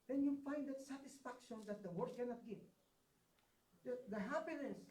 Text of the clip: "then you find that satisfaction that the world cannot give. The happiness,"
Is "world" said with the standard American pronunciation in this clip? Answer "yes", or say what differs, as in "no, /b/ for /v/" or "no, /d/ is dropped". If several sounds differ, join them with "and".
no, /l/ is dropped